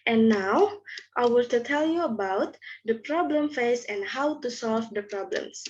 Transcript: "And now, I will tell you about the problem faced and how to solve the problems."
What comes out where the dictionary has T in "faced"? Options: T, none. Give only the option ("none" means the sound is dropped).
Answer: none